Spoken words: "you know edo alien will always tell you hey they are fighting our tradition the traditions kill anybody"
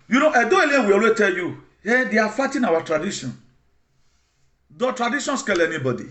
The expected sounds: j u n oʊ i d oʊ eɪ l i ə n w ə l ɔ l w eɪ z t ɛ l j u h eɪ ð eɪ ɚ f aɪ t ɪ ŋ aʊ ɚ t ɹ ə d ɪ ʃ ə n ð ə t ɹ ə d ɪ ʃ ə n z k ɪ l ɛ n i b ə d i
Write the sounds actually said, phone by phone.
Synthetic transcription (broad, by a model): j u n oʊ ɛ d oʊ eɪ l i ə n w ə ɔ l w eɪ t ɛ l j u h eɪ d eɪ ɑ f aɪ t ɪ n aʊ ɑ t ɹ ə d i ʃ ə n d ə t ɹ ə d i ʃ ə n s k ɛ l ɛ n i b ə d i